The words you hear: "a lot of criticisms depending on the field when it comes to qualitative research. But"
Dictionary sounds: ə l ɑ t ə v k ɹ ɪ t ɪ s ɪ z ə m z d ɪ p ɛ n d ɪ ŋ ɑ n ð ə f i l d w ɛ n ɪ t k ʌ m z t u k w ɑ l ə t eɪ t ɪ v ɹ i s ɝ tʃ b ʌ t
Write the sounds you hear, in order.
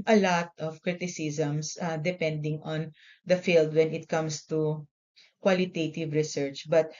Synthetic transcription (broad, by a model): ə l ɑ t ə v k ɹ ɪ t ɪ s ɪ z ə m s d ɪ p ɛ n d ɪ ŋ ɑ n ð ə f i l d w ɛ n ɪ t k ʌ m s t u k w ɑ l ə t eɪ t ɪ v ɹ i s ɝ tʃ b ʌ t